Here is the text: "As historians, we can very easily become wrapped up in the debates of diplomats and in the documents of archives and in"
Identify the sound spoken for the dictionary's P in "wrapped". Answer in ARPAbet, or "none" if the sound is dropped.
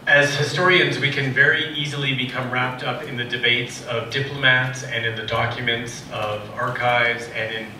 P